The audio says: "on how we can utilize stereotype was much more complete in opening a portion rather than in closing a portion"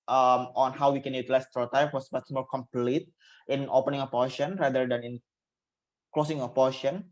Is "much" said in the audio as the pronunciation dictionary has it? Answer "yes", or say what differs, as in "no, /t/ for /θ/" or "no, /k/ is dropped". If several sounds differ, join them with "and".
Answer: no, /s/ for /tʃ/